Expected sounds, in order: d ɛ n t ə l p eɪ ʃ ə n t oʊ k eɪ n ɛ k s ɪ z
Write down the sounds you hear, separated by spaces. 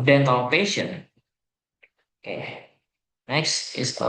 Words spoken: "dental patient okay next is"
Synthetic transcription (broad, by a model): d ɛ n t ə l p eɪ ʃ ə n oʊ k eɪ n ɛ k s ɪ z